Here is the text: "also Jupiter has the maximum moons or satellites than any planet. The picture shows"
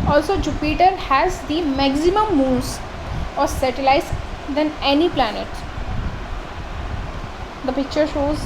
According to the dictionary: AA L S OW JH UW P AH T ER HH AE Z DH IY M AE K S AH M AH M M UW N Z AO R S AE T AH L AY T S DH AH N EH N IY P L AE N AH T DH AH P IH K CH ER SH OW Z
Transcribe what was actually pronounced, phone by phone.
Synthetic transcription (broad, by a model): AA L S OW JH UW P AH T ER HH AE Z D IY M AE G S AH M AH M M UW L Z AO R S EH T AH L AY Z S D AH N EH N IY P L AE N AH T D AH P IH K CH ER SH OW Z